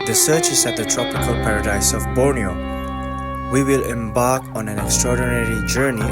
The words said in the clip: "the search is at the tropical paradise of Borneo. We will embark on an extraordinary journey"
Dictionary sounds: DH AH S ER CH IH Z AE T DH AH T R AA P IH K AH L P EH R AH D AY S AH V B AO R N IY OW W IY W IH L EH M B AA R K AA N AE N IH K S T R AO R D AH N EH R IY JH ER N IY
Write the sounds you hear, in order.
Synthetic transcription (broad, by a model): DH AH S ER CH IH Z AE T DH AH T R AA P IH K AH L P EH R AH D AY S AH V B AO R N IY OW W IY W IH L EH M B AA R K AA N AE N IH K S T R AO R D AH N EH R IY JH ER N IY